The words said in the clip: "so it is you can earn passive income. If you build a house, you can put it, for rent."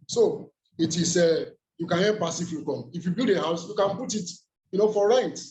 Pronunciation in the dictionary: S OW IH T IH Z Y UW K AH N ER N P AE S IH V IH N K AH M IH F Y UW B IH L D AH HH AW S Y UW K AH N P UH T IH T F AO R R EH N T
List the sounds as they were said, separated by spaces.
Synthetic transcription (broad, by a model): S OW IH T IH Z Y UW K AH N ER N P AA S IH F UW K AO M IH F Y UW B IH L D AH HH AW S Y UW K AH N P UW T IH T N AO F R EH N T